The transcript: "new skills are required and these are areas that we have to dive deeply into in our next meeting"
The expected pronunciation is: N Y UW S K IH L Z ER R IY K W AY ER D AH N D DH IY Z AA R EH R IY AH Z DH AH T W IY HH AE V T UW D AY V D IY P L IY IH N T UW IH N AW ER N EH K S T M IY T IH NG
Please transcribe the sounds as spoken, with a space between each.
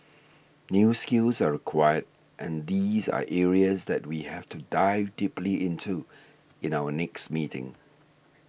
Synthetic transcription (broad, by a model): N Y UW S K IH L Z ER R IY K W AY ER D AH N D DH IY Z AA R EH R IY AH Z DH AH T W IY HH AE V T UW D AY V D IY P L IY IH N T UW IH N AW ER N EH K S T M IY T IH NG